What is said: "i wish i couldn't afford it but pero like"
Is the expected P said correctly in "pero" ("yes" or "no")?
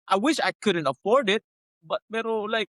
no